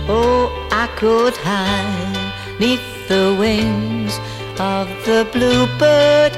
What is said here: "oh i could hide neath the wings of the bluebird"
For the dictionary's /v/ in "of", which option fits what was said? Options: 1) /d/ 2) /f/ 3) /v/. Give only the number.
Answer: 3